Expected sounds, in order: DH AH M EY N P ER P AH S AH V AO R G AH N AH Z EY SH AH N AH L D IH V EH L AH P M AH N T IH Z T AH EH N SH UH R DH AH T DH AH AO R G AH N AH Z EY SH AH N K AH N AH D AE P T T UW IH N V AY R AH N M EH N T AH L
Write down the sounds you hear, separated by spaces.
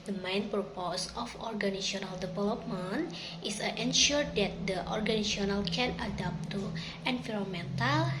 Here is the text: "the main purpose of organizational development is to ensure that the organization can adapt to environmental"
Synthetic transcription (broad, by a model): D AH M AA N P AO P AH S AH F AO R G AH N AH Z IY AH N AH L D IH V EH L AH P M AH N T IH S T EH N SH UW R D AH T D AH AO R G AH N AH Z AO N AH L K AH N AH D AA P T T UW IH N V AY R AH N M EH N T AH L